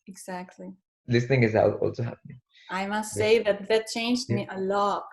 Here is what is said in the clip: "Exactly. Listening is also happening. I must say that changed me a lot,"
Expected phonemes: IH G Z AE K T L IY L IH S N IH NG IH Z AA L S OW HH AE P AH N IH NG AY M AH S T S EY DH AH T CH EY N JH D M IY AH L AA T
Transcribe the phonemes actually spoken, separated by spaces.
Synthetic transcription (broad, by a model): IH G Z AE K T L IY L IH S N IH NG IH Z AA L S OW HH AE P AH N IH NG AY M AH S T S EY DH AH T CH EY N JH D M IY AH L AA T